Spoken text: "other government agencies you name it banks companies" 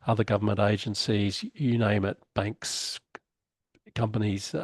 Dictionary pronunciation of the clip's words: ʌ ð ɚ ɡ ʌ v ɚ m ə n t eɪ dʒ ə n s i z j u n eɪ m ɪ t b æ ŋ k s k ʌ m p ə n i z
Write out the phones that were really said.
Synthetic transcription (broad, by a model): ʌ ð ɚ ɡ ʌ v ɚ m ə n t eɪ dʒ ə n s i z j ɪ n eɪ m ɪ t b æ ŋ k s k ʌ m p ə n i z